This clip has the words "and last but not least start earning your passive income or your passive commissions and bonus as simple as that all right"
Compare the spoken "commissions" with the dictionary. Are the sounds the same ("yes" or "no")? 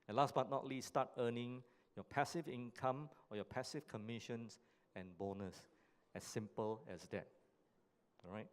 no